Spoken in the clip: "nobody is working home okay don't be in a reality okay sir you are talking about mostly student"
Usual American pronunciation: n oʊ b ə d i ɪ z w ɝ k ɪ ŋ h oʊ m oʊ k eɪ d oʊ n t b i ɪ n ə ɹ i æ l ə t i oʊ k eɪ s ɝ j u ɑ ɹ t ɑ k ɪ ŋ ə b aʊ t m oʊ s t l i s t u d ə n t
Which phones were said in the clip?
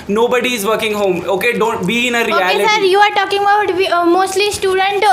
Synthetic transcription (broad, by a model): n oʊ b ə d i ɪ z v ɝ k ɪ ŋ h oʊ m oʊ k eɪ d oʊ n t b i ɪ n ə ɹ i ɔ ə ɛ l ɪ s ɝ j u ɑ ɹ t ɑ k ɪ ŋ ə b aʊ t m oʊ s t l i s t u d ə n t